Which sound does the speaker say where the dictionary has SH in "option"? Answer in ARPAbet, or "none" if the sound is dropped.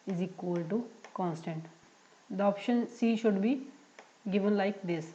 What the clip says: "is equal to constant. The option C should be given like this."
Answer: SH